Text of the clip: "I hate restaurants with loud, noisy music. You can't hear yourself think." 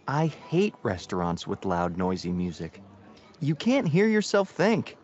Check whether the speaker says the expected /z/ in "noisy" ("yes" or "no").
yes